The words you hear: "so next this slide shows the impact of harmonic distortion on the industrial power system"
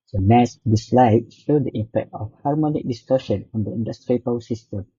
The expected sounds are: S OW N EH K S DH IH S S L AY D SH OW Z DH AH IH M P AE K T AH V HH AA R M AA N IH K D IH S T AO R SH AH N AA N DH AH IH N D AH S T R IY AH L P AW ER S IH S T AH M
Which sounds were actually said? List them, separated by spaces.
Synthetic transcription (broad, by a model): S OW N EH S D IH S S L AY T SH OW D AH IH M P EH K T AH F HH AA R M AA N IH K D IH S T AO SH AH N AA N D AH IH N D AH S T R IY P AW S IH S T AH M